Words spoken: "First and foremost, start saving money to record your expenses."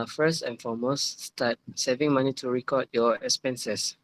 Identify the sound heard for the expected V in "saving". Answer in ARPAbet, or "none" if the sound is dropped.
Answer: V